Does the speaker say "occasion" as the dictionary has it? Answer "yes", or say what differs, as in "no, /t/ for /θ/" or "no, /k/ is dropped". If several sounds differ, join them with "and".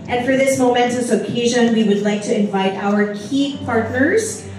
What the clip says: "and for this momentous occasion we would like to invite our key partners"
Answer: yes